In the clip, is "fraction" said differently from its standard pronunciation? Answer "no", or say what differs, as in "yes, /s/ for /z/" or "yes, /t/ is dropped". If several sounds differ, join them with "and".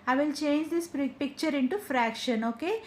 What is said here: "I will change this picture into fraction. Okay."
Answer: no